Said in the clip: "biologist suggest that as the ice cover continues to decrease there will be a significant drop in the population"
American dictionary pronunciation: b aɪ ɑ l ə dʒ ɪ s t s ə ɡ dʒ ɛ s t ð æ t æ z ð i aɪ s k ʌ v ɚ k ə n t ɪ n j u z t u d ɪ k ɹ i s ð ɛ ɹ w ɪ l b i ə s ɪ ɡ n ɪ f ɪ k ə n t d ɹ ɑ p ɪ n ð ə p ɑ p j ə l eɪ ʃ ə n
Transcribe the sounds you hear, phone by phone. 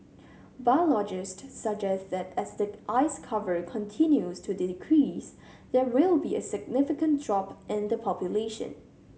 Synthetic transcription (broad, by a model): b aɪ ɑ l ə dʒ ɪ s t s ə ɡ dʒ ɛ s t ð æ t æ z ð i aɪ s k ʌ v ɚ k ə n t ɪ n j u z t u d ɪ k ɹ i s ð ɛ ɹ w ɪ l b i ə s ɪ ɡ n ɪ f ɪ k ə n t d ɹ ɑ p ɪ n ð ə p ɑ p j ə l eɪ ʃ ə n